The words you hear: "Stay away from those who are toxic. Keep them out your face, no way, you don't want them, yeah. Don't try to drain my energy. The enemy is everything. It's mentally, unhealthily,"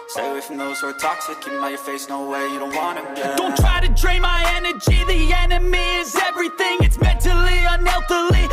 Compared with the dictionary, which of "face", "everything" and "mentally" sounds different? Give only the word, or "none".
none